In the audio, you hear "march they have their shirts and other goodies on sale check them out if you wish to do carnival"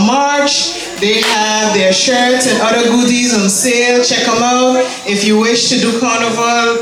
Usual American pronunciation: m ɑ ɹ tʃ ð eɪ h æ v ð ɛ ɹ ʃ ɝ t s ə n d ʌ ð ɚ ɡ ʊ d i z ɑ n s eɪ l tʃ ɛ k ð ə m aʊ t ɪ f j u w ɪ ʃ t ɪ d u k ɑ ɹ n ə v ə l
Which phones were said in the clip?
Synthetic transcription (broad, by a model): m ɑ ɹ tʃ ð eɪ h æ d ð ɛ ɹ ʃ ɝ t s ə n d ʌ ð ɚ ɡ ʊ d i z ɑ n s eɪ l tʃ ɛ k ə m aʊ t ɪ f j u w ɪ ʃ t ɪ d u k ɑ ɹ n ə v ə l